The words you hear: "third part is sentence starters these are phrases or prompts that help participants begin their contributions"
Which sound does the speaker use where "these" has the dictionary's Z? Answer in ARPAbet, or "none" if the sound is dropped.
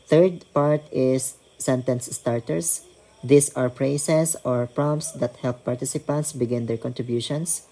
S